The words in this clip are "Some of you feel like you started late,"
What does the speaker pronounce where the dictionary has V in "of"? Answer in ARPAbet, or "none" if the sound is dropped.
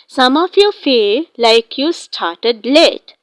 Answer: F